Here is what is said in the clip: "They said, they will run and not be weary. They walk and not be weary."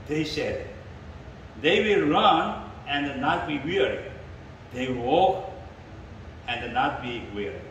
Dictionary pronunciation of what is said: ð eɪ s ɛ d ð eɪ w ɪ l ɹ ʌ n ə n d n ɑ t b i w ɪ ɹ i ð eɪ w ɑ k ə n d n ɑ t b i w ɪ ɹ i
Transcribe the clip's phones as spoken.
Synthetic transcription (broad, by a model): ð eɪ s ɛ d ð eɪ w ɪ l ɹ ʌ n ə n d n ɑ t b i w ɪ ɹ i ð eɪ w ɑ k ə n d n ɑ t b i w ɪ ɹ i